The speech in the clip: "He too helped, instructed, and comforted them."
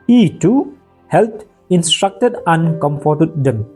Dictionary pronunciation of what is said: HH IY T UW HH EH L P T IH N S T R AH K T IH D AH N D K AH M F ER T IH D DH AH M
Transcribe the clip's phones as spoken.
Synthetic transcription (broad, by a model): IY T UW HH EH L T IH N S T R AH K T IH D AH N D K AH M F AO T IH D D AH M